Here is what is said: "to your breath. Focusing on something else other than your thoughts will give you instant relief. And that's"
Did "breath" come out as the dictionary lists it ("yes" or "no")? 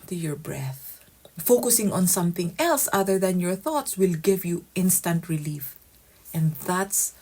yes